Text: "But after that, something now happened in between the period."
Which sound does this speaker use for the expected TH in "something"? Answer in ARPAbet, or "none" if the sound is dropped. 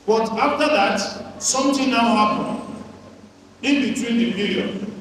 T